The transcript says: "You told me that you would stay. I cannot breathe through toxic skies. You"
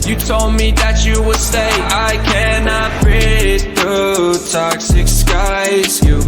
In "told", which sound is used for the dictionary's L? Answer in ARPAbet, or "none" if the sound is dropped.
L